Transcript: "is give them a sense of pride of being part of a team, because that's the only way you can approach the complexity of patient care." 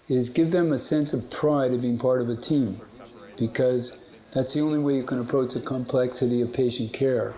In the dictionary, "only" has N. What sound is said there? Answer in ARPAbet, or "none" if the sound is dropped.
N